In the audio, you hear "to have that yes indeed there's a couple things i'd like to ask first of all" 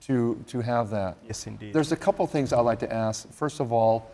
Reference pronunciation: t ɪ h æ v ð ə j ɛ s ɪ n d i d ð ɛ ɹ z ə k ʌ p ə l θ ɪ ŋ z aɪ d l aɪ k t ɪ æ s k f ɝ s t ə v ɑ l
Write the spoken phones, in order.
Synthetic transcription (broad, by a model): t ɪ h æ v ð ə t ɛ s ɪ n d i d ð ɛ ɹ z ə k ʌ p l θ ɪ ŋ z aɪ d l aɪ k t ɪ æ s k f ɝ s t ə v ɑ l